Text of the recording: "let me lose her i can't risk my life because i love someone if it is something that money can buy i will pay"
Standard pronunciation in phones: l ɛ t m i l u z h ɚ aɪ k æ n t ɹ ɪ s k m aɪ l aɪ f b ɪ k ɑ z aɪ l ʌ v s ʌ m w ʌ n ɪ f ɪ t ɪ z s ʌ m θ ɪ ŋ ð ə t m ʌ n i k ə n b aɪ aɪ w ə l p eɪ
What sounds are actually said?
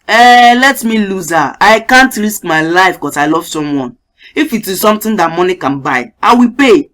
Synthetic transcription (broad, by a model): l ɛ t m i l u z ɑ aɪ k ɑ n t ɹ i s k m aɪ l aɪ f k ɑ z aɪ l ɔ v s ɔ m w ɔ n ɪ f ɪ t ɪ s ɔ m t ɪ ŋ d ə t m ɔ n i k ə n b aɪ aɪ w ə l p eɪ